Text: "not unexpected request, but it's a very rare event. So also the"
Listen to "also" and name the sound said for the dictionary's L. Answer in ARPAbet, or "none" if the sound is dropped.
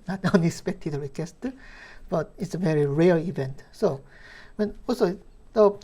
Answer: N